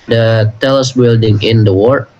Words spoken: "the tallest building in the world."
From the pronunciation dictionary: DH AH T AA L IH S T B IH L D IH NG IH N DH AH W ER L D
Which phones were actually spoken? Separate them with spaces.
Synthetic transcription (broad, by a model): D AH T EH L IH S B IH L D IH NG IH N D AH W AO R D